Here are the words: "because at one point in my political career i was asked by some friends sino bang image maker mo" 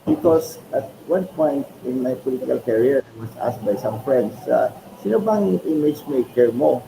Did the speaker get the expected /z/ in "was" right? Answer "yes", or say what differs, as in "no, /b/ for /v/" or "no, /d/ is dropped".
no, /s/ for /z/